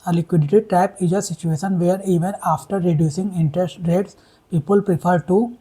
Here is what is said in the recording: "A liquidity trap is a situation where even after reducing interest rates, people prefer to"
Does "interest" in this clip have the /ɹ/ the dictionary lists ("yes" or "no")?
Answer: yes